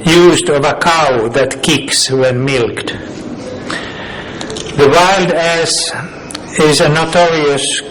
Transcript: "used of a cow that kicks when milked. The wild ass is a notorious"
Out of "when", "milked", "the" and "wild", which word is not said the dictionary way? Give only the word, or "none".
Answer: none